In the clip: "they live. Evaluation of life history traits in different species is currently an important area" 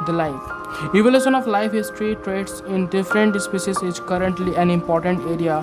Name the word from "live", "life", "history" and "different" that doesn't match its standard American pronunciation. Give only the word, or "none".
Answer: live